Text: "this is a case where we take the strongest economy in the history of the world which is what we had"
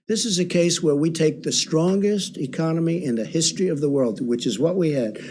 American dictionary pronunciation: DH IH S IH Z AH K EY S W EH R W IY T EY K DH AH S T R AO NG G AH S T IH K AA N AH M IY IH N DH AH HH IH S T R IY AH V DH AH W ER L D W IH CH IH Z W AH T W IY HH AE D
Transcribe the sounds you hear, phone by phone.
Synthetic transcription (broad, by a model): DH IH S IH Z AH K EY S W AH R W IY T EY K DH AH S T R AO NG G AH S T IH K AA N AH M IY IH N DH AH HH IH S T R IY AH V DH AH W ER L D W IH CH IH Z W AH T W IY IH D